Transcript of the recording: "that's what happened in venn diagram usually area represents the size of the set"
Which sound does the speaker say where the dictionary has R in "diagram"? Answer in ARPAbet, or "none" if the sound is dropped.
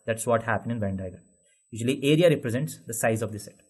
none